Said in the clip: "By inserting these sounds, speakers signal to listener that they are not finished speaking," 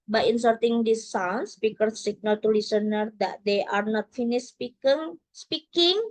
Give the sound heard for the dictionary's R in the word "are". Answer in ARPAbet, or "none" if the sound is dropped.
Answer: R